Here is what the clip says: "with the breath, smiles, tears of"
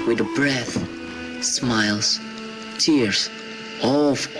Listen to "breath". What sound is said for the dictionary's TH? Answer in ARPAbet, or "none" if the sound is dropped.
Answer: TH